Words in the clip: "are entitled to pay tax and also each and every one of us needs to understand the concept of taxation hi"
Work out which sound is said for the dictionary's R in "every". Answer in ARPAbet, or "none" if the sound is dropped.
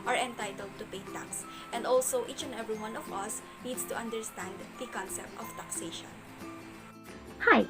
R